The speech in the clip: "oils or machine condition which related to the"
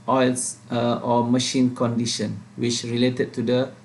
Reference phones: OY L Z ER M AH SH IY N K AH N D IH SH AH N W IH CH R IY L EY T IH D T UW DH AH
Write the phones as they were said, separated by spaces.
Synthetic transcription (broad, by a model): OY L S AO M AH SH IY N K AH N D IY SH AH N W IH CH R IY L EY T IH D T UW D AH